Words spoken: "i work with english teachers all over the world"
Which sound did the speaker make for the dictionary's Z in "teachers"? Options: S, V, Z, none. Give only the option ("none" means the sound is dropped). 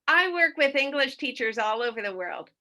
Z